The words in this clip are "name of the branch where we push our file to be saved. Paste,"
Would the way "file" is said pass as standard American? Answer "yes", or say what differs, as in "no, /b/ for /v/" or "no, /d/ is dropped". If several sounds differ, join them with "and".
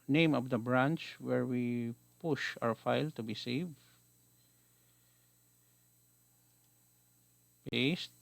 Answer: yes